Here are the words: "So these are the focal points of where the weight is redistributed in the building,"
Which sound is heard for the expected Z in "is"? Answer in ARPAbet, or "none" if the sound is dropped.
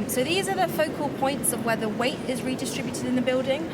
Z